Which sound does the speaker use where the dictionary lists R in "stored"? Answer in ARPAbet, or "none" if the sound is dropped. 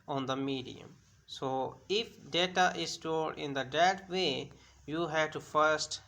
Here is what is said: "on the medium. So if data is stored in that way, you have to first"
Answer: L